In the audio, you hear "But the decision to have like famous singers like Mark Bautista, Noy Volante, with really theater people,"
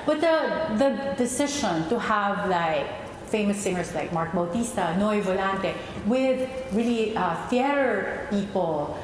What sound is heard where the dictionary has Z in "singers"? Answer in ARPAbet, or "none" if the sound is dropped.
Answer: S